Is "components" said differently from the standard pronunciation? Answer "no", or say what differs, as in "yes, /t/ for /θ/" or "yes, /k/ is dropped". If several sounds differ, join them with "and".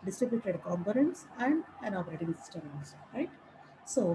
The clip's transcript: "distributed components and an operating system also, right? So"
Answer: no